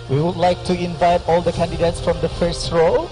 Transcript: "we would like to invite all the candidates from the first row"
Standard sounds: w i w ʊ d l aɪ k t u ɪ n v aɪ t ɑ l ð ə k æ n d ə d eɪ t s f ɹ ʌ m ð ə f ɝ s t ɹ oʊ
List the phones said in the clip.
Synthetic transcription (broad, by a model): w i w ʊ d l aɪ k t u ɪ n v aɪ t ɑ l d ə k æ n d ə d eɪ t s f ɹ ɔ m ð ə f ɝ s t ɹ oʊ